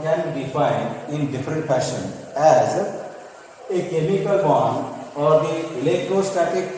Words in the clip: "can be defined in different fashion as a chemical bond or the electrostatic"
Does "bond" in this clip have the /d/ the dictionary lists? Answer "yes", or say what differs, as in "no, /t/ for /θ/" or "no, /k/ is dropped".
no, /d/ is dropped